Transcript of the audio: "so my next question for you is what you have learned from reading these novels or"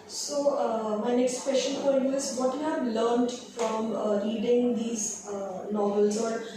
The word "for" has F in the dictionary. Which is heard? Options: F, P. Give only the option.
P